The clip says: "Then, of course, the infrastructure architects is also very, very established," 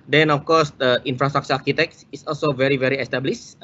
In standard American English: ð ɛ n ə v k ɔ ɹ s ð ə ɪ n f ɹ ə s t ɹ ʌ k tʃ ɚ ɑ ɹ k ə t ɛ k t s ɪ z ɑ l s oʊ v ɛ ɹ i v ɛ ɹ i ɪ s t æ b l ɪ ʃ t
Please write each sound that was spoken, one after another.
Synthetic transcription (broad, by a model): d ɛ n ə f k ɔ s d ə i n f ɹ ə s t ɹ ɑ k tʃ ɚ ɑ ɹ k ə t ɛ k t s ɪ s ɑ l s oʊ v ɛ ɹ i v ɛ ɹ i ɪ s t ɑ b l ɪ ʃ